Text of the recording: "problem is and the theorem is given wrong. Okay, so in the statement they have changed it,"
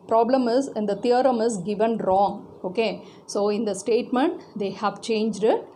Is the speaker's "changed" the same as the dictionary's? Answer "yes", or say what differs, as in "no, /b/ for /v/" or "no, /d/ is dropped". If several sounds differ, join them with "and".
yes